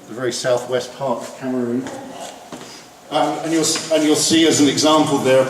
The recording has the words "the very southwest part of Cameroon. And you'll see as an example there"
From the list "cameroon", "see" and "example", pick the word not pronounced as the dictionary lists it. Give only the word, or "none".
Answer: none